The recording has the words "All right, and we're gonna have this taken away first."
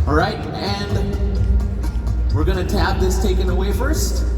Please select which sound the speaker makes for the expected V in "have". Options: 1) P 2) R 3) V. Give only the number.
1